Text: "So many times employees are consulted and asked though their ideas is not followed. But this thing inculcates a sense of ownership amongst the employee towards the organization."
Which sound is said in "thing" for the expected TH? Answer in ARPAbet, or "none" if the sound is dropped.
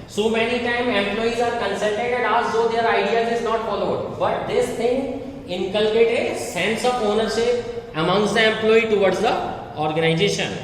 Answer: T